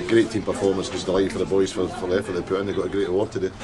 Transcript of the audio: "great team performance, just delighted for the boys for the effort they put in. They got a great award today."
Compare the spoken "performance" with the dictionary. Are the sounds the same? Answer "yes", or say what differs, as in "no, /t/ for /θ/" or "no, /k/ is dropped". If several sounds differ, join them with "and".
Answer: yes